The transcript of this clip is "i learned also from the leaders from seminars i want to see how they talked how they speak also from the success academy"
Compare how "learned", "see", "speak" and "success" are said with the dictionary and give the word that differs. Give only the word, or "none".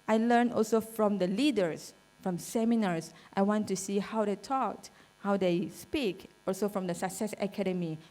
learned